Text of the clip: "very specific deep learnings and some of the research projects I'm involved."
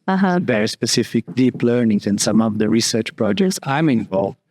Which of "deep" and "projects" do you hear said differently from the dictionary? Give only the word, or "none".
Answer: none